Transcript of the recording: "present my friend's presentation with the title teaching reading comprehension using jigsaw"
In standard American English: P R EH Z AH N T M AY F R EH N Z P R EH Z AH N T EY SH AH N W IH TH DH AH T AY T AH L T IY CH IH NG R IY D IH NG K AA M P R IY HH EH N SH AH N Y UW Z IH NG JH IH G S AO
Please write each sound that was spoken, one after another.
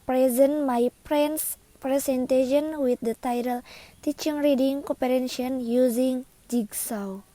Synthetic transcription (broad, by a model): P R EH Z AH N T M AY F R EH N S P R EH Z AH N T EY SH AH N W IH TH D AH T AY T AH L T IY CH IH NG R IY D IH NG K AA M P IY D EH N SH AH N Y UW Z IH NG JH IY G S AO